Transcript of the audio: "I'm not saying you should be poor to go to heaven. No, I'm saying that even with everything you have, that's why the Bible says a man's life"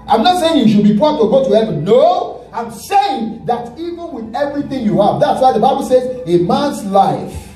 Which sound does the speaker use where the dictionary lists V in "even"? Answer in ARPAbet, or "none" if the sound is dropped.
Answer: V